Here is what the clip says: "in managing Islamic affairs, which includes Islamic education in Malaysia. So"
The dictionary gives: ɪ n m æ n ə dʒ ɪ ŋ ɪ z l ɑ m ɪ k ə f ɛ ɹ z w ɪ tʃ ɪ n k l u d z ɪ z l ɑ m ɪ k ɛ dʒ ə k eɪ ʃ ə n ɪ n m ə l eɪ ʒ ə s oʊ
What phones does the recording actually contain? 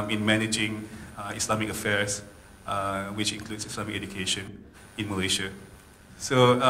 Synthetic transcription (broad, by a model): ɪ n m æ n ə dʒ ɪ ŋ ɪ s l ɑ m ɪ k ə f ɛ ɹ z w ɪ tʃ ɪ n k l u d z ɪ s l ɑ m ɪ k ɛ dʒ ə k eɪ ʃ ə n ɪ n m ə l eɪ ʃ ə s oʊ